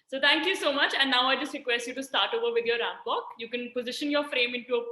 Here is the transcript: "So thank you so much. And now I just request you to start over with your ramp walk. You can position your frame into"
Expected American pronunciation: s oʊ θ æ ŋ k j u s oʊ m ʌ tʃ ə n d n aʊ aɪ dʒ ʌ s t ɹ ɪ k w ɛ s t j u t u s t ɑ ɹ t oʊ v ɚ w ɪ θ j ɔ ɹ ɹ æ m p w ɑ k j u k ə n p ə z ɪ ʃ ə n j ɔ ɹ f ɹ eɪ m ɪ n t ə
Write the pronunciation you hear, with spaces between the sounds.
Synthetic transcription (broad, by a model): s oʊ t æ ŋ k j u s oʊ m ʌ tʃ ə n d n aʊ aɪ dʒ ʌ s t ɹ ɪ k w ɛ s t j u t u s t ɑ ɹ t oʊ v ɚ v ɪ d j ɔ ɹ ɹ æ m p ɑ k j u k ə n p ə z ɪ ʃ ə n j ɔ ɹ f ɹ eɪ m ɪ n t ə